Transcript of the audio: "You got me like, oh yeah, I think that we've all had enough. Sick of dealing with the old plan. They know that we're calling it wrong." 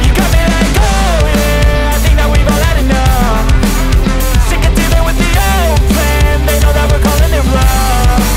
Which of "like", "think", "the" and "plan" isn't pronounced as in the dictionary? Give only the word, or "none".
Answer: like